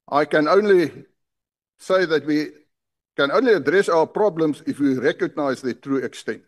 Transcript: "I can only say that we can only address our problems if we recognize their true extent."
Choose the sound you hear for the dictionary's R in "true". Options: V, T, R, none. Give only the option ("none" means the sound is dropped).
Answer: R